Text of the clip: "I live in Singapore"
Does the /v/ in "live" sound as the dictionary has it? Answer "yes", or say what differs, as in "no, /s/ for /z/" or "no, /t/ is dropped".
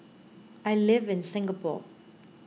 yes